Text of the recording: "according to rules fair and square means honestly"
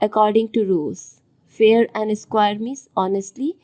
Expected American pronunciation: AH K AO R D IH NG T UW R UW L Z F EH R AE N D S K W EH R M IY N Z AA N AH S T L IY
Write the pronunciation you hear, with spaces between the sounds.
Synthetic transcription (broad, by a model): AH K AO R D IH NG T UW R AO Z F EH R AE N D S K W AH R M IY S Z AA N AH S T L IY